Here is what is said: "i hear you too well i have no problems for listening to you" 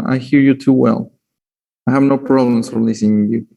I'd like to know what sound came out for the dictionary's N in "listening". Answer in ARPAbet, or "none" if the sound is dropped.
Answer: none